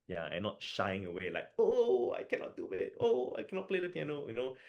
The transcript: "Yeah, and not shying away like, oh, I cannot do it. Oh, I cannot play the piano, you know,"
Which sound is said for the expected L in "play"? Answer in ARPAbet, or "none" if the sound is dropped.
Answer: L